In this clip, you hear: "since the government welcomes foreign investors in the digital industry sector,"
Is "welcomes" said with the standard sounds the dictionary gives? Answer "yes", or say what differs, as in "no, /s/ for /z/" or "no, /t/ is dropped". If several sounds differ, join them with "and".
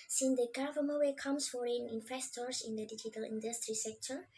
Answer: no, /l/ is dropped and /s/ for /z/